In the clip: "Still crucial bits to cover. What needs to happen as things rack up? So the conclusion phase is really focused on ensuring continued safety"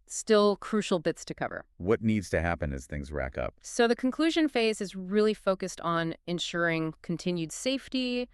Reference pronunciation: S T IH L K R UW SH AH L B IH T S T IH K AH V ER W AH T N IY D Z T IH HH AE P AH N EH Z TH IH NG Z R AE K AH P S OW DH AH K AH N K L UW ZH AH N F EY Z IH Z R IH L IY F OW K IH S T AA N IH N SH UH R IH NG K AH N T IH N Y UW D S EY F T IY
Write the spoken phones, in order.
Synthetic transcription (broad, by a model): S T IH L K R UW SH L B IH T S T IH K AH V ER W AH T N IY D Z T IH HH AE P AH N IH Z TH IH NG Z R AE K AH P S OW DH AH K N K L UW ZH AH N F EY Z IH Z R IH L IY F OW K IH S T N IH N SH UH R IH NG K N T IH N Y UW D S EY F T IY